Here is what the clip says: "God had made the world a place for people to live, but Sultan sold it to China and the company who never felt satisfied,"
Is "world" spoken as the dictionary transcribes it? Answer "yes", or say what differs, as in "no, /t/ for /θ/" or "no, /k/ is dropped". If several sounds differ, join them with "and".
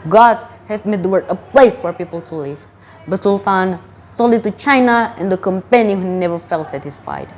no, /l/ is dropped